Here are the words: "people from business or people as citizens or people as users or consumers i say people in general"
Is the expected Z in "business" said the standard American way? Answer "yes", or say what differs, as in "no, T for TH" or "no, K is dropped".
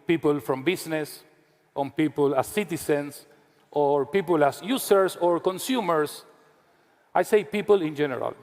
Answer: no, S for Z